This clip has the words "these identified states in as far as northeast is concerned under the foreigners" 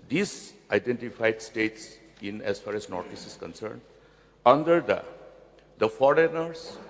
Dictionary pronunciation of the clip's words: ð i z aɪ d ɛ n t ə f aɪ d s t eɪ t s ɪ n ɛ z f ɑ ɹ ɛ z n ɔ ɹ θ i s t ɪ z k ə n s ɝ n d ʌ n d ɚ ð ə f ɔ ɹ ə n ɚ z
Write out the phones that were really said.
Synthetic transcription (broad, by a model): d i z aɪ d ɛ n t ə f aɪ d s t eɪ t s ɪ n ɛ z f ɑ ɹ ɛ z n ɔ ɹ t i s ɪ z k ə n s ɝ n d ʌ n d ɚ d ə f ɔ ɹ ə n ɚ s